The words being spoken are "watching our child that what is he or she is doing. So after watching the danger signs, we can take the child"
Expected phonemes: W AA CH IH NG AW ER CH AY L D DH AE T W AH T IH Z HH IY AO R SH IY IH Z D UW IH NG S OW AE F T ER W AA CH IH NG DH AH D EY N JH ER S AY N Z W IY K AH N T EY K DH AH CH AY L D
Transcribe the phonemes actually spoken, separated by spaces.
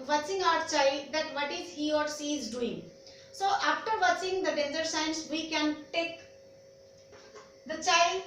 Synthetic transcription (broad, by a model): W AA CH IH NG AW ER CH AY L D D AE T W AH T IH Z HH IY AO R S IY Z D UW IH NG S OW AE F T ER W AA CH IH NG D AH D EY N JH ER S AY N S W IY K AH N T EY K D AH CH AY L D